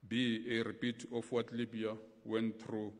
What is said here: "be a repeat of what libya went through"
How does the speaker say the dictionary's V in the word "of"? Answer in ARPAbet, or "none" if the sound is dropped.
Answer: F